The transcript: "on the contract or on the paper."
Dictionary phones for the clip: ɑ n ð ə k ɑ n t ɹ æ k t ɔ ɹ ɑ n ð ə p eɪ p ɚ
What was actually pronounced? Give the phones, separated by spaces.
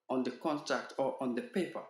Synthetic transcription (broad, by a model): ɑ n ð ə k ɑ n t ɹ æ k t ɔ ɹ ɑ n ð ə p eɪ p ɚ